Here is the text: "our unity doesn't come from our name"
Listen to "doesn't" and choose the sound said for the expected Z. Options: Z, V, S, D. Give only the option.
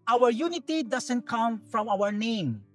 S